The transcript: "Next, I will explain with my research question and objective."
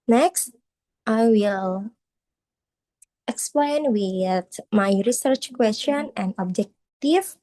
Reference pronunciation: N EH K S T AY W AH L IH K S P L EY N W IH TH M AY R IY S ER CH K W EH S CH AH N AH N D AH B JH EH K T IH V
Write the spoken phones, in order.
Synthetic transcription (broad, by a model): N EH K S T AY W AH L IH K S P L EY N W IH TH M AY R IY S ER CH K W EH S CH AH N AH N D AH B JH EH K T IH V